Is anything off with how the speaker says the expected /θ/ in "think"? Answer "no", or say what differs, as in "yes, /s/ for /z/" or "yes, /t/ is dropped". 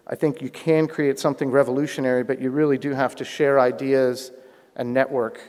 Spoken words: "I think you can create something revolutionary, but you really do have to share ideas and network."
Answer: no